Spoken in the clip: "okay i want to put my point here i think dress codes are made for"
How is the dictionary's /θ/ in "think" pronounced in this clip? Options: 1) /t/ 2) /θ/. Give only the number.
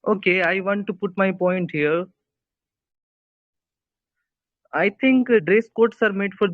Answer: 1